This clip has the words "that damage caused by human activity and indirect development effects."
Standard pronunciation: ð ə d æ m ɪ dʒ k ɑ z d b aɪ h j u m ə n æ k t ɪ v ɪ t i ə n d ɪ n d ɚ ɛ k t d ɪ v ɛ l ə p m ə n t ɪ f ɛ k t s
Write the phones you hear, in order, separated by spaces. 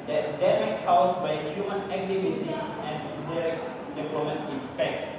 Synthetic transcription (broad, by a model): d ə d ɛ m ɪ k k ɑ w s b aɪ h j u m ə n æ k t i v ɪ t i ə n d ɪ d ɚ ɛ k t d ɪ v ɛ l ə m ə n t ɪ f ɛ k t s